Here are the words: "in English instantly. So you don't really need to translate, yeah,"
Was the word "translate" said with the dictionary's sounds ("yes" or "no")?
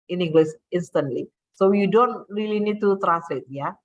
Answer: no